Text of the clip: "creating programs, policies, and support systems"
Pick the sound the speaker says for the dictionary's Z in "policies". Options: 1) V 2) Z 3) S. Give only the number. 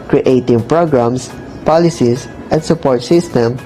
3